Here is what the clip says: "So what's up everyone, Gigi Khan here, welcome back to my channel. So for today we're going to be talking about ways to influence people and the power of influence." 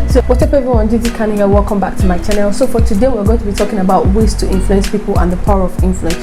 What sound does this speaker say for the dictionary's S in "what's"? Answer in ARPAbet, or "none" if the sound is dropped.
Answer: none